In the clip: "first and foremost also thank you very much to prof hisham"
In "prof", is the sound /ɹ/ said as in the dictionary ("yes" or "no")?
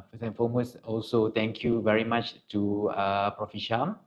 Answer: yes